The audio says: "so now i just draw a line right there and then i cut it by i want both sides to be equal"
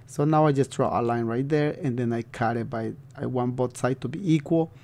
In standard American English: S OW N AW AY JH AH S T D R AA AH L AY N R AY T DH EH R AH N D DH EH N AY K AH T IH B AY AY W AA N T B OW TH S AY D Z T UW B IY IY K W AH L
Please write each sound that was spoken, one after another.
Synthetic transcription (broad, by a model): S OW N AW AY JH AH S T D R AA AH L AY N R AY T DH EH R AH N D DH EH N AY K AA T IH B AY AY W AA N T B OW T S AY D T UW B IY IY K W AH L